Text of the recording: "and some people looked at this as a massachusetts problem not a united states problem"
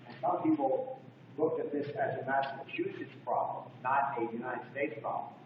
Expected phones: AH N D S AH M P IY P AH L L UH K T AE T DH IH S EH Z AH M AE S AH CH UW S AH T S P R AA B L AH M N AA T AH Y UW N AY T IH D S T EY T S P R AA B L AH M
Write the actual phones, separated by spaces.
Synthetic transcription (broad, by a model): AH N S AH M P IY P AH L L UH K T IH T DH IH S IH Z AH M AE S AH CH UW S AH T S P R AA B L AH M N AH T AH Y UW N AY T IH D S T EY T S P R AA B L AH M